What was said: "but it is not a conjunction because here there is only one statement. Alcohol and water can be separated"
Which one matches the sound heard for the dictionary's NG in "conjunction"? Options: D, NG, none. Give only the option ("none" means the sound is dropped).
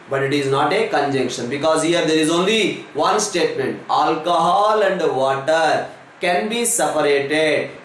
NG